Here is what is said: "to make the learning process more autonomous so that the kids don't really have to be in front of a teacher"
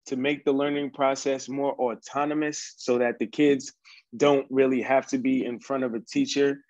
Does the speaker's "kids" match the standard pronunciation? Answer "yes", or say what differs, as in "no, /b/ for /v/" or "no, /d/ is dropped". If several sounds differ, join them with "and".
yes